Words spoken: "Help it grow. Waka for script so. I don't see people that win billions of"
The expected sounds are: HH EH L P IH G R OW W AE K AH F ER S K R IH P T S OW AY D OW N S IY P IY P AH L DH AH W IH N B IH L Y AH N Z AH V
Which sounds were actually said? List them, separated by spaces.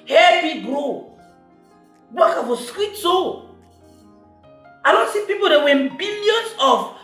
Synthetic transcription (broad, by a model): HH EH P IH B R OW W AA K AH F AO S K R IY T S OW AY D OW N S IY P IY P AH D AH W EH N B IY L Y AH N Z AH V